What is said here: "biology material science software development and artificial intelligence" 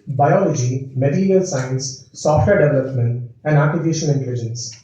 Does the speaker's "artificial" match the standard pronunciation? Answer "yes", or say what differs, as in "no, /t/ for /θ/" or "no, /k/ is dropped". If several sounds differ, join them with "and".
no, /n/ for /l/